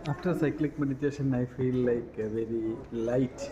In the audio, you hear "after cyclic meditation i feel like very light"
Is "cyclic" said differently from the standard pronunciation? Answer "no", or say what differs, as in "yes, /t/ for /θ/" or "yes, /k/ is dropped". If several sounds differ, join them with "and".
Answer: no